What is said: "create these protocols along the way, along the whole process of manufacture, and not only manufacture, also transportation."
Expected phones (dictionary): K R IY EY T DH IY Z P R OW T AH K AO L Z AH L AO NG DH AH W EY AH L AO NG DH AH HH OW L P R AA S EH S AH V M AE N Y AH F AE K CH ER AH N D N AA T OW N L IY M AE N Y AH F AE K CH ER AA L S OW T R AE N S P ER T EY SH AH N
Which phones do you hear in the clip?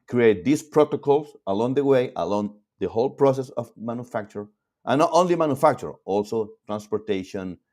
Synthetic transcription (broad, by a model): K R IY EY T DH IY S P R OW T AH K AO L S AH L AO NG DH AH W EY AH L AO NG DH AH HH OW L P R AA S EH S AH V M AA N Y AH F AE K CH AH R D N AA T OW N L IY M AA N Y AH F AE K CH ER AA L S OW T R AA N S P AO T EY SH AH N